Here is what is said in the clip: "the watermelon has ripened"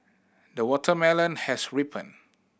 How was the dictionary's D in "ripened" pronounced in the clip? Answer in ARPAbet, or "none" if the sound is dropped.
none